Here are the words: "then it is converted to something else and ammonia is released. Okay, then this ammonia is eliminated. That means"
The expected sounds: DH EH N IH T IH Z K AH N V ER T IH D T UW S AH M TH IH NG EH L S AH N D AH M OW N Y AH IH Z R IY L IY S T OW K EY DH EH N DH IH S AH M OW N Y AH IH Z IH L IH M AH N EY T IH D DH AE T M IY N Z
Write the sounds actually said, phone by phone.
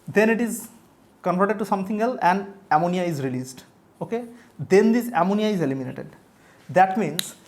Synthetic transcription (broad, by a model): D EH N IH T IH Z K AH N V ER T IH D T UW S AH M T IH NG EH L S AH N D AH M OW N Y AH IH Z R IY L IY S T OW K EY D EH N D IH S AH M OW N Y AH IH Z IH L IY M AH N EY T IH D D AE T M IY N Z